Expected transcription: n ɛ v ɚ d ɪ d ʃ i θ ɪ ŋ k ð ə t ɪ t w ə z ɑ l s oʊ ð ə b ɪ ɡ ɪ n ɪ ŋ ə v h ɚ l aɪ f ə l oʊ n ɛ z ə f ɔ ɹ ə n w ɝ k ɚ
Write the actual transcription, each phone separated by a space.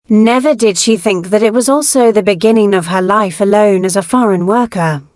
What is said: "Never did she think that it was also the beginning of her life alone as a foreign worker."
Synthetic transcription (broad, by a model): n ɛ v ɚ d ɪ d ʃ i θ ɪ ŋ k ð ə t ɪ t w ə z ɑ l s oʊ ð ə b ɪ ɡ ɪ n ɪ ŋ ə v ɚ l aɪ f ə l oʊ n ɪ z ə f ɔ ɹ ə n w ɝ k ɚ